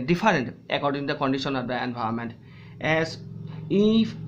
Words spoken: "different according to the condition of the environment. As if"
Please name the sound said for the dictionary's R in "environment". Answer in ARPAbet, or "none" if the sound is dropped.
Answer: none